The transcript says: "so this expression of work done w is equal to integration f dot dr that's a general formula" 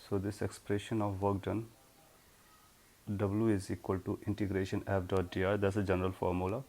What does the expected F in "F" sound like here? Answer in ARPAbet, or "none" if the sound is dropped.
P